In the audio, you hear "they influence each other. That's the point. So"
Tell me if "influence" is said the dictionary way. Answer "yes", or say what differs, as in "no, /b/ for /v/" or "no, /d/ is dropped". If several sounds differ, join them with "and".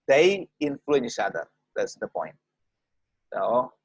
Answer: no, /s/ is dropped